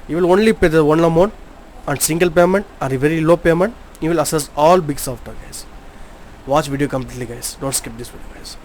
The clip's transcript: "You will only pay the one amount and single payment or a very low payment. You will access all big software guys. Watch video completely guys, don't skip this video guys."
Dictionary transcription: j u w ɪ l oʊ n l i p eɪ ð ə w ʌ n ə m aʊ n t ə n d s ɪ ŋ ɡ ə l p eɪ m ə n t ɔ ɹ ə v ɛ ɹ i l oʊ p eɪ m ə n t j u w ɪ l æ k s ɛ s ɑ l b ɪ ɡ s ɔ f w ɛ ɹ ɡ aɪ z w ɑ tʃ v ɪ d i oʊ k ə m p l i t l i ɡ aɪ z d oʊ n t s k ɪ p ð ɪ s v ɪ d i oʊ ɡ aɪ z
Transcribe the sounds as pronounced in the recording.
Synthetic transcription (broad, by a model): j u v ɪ l oʊ n l i p eɪ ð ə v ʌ n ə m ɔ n ə n d s ɪ ŋ ɡ ə l p eɪ m ə n t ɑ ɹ ə v ɛ ɹ i l oʊ p eɪ m ə n t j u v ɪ l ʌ s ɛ s ɑ l b ɪ ɡ s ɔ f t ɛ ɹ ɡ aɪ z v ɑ tʃ v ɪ d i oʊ k ə m p l i t l i ɡ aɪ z d oʊ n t s k ɪ p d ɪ s v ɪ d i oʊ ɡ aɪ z